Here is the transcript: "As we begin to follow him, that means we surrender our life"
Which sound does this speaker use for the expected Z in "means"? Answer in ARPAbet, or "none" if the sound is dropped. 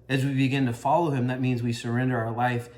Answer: Z